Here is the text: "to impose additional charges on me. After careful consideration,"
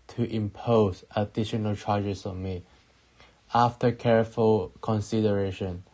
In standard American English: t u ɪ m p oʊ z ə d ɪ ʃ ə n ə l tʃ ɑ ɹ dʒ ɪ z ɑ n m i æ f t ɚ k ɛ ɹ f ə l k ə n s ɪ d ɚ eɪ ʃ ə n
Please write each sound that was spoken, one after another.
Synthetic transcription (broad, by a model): t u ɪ m p oʊ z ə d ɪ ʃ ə n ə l tʃ ɑ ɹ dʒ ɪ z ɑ m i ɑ f t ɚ k ɛ ɹ f ə l k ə n s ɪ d ɚ eɪ ʃ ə n